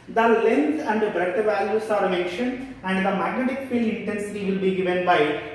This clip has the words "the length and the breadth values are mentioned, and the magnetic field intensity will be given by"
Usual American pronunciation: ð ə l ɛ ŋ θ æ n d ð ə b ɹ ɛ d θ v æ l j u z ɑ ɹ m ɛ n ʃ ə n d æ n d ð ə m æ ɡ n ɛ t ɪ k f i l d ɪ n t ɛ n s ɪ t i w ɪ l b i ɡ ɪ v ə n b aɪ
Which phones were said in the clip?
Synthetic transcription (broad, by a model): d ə l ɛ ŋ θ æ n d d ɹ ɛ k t v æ l j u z ɑ ɹ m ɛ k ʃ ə n æ n d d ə m æ ɡ n ɛ t ɪ k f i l ɪ n t ɛ n s ɪ t i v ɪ l b i ɡ ɪ v ə n b aɪ